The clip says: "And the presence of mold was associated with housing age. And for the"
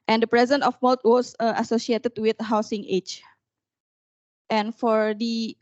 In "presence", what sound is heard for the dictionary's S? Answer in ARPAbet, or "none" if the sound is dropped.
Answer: none